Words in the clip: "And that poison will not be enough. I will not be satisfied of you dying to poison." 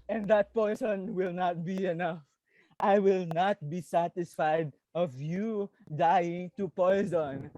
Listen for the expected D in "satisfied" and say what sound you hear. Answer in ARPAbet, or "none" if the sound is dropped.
D